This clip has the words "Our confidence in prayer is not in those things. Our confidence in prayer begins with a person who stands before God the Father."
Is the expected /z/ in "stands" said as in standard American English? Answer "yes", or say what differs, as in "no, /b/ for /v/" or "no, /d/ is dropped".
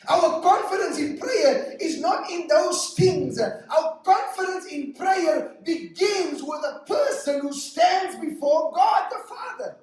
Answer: yes